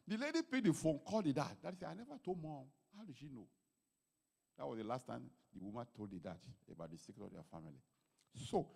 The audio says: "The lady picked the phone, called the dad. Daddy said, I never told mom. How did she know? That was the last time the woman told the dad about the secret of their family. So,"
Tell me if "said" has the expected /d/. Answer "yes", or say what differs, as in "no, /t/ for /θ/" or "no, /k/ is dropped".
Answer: no, /d/ is dropped